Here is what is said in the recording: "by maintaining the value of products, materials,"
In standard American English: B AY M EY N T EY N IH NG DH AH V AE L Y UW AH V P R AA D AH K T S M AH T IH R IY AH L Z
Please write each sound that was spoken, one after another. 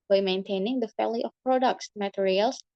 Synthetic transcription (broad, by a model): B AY M EY N T EY N IH NG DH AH F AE L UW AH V P R AA D AH K T S M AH T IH R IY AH L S